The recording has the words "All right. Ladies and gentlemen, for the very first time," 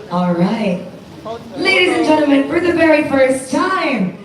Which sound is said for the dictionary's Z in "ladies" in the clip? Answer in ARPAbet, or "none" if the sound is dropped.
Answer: Z